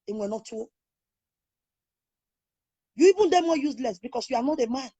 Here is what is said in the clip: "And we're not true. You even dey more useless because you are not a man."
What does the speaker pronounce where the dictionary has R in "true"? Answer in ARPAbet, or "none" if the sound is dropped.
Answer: none